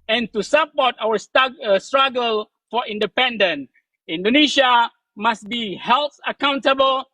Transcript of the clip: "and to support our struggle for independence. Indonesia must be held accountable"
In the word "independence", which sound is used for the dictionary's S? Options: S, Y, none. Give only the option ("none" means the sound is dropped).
none